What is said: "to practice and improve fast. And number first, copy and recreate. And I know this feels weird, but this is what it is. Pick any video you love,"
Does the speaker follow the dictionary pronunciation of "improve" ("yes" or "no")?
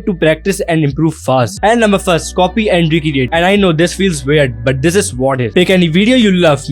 yes